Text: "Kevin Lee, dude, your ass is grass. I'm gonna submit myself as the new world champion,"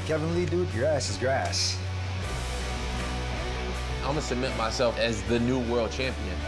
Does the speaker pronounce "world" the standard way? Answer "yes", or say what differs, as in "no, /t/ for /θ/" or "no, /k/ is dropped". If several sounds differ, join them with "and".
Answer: yes